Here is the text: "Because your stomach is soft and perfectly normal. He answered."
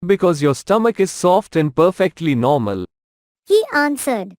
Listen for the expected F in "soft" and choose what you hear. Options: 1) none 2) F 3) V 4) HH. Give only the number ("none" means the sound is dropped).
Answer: 2